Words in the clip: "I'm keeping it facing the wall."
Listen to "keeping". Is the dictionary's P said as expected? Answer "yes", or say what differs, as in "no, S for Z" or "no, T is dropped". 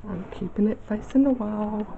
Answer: yes